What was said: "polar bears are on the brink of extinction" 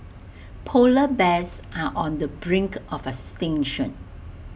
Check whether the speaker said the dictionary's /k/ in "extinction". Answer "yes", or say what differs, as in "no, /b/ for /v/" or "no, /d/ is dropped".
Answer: no, /k/ is dropped